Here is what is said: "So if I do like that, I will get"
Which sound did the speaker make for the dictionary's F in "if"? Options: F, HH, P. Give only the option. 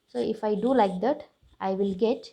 F